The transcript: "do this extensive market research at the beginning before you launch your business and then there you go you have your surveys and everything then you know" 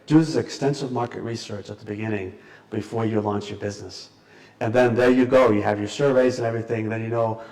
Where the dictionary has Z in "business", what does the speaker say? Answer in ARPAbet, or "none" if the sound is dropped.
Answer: Z